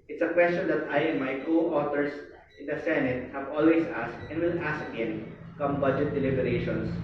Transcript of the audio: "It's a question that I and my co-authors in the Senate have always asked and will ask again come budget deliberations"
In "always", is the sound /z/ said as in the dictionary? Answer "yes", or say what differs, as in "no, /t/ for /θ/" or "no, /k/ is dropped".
no, /s/ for /z/